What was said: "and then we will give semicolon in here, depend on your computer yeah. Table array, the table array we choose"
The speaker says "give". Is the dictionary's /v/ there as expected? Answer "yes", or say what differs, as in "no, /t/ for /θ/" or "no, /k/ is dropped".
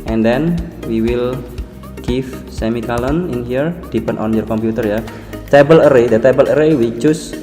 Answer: no, /f/ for /v/